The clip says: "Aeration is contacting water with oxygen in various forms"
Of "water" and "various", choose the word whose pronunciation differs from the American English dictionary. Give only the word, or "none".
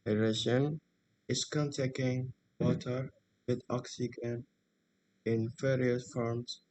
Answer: various